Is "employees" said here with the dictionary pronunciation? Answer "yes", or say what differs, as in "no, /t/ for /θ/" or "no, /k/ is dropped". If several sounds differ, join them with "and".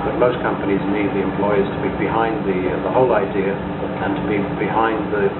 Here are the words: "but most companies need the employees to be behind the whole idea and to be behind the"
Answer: yes